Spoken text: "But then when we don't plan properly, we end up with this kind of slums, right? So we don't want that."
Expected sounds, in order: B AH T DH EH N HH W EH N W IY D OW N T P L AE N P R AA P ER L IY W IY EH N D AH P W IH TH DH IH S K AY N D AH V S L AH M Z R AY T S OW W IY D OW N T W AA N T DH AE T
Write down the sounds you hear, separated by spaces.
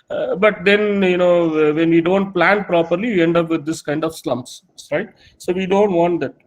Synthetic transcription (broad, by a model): B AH T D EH N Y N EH N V IY D OW N T P L AE N P R AA P ER L IY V IY EH N D AH P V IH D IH S K AY N D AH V S L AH M S R AY T S OW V IY D OW N T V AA N T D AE T